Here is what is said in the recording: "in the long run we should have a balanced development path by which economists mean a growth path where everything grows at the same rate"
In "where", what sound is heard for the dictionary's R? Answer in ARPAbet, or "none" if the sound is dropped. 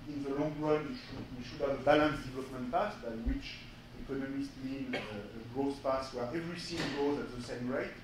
R